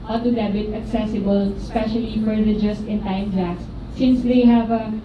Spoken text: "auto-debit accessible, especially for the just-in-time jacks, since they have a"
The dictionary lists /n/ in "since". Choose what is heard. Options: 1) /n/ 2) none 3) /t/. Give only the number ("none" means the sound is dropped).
1